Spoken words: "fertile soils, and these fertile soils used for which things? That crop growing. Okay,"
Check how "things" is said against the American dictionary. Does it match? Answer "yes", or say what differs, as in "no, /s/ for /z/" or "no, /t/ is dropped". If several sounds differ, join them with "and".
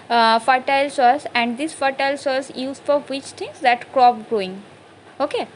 no, /t/ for /θ/